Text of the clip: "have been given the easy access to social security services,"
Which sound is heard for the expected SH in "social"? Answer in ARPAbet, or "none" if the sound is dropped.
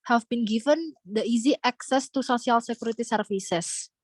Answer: S